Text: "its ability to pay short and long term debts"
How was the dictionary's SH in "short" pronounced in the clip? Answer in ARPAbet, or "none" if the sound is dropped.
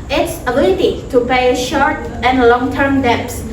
SH